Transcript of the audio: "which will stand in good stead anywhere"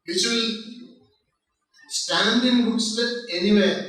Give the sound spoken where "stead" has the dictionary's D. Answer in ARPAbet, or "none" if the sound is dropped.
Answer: none